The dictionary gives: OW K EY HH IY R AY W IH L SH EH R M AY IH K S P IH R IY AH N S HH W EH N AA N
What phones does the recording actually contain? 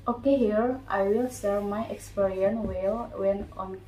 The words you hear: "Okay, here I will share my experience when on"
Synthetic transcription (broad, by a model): OW K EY HH IY R AY W IH L S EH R M AY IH K S P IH R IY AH N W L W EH N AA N